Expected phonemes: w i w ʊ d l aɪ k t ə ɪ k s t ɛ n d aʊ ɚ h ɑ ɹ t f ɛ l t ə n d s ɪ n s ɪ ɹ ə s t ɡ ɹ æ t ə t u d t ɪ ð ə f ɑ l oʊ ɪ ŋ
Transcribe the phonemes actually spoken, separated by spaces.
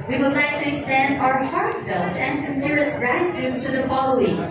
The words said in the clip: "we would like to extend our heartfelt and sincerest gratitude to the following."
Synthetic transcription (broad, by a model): w i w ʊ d l aɪ k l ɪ s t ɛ n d aʊ ɚ h ɑ ɹ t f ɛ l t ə n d s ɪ n s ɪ ɹ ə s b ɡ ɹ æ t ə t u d t ɪ ð ə f ɑ l oʊ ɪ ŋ